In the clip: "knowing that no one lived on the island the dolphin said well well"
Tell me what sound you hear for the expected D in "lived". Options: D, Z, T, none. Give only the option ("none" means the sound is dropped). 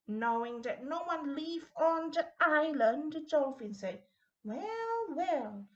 none